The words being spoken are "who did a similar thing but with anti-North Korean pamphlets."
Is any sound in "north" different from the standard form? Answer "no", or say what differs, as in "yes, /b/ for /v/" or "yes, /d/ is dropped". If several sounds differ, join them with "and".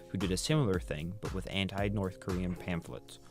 no